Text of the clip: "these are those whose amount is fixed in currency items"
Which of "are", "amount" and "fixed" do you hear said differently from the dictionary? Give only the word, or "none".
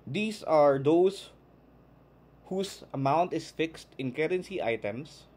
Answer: none